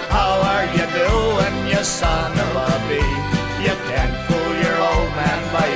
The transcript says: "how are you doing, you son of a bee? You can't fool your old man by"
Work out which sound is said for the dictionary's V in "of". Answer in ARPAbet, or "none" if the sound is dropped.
B